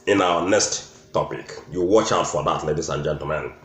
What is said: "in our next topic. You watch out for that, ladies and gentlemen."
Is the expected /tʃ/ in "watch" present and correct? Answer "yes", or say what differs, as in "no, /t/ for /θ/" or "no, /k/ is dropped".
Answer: yes